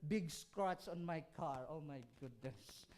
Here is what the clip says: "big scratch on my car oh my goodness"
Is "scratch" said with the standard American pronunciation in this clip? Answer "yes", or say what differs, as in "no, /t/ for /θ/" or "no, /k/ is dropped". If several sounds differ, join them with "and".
no, /s/ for /tʃ/